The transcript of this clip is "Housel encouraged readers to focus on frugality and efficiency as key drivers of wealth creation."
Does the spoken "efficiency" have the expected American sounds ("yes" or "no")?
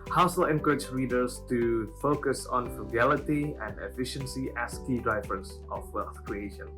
yes